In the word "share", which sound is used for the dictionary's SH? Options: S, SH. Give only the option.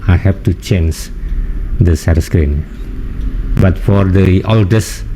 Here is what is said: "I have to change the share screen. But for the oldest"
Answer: S